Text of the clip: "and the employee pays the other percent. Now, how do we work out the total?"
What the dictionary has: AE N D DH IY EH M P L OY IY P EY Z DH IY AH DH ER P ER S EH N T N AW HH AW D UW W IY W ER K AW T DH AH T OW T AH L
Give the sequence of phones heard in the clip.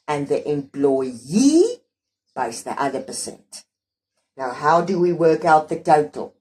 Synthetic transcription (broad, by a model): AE N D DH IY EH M P L OY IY B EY S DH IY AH DH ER P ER S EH N T N AW HH AW D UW W IY W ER K AW T DH AH T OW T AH L